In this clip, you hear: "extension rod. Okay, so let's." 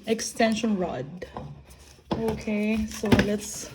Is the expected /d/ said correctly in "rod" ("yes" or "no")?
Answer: yes